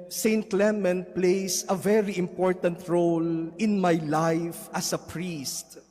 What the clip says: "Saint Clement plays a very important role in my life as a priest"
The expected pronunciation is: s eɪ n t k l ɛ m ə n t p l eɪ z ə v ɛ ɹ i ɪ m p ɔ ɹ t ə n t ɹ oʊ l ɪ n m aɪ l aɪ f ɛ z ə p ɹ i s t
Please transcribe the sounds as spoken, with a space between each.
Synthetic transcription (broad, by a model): s eɪ n t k l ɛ m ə n p l eɪ s ə v ɛ ɹ i ɪ m p ɔ ɹ t ə n t ɹ oʊ l ɪ n m aɪ l aɪ f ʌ s ə p ɹ i s t